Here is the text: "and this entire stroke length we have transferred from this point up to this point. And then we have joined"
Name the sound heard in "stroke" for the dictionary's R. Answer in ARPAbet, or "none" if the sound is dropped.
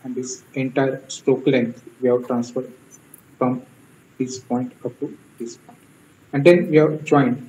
none